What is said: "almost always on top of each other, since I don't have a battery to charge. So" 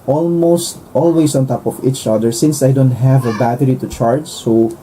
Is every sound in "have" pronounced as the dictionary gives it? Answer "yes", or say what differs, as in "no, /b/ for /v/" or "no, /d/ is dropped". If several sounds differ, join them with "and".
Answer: yes